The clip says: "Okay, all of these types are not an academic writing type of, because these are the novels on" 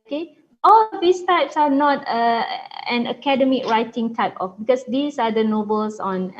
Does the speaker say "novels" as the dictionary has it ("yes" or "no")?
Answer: no